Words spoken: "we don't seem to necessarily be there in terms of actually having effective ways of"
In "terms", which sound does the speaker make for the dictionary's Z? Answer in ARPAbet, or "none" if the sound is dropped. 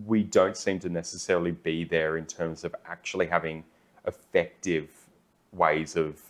Z